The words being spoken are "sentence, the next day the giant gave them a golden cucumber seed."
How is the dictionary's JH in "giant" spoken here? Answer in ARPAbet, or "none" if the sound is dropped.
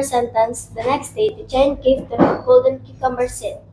CH